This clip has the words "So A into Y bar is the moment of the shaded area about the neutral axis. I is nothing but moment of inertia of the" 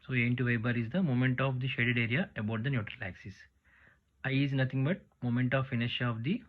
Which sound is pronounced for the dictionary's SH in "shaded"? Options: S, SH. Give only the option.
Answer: SH